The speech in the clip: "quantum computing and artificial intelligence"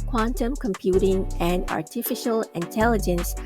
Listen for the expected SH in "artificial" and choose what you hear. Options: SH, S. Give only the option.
SH